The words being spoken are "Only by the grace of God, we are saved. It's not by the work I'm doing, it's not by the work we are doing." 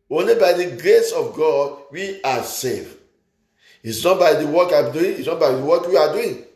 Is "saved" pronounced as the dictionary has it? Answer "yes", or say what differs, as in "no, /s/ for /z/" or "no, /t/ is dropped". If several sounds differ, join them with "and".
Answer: no, /d/ is dropped